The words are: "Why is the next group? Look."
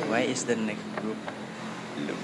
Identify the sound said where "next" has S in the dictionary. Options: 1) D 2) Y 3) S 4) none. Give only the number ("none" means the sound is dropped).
4